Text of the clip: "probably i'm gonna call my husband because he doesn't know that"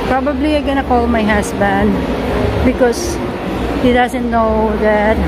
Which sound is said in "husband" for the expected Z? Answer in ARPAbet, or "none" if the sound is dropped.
S